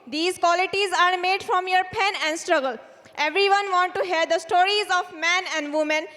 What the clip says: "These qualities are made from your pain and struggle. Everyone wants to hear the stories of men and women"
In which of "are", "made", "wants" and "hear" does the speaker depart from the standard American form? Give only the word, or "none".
wants